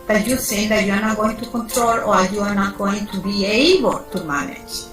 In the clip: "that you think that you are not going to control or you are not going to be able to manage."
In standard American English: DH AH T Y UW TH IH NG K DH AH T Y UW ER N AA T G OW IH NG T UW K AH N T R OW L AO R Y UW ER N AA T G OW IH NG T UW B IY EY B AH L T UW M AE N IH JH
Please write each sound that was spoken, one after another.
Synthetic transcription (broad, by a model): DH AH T Y UW S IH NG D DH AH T Y UW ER N AA T G OW IH NG T UW K AH N T R OW L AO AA Y UW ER N AA T G OW IH NG T UW B IY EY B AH T UW M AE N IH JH